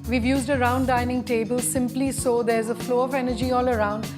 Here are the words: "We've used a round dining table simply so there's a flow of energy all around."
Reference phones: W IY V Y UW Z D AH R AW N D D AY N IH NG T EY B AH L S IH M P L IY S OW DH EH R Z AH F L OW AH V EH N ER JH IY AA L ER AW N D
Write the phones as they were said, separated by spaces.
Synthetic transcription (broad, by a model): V IY V Y UW Z D AH R AW N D D AY N IH NG T EY B AH L S IH M P L IY S OW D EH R Z AH F L OW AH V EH N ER JH IY AA L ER AW N D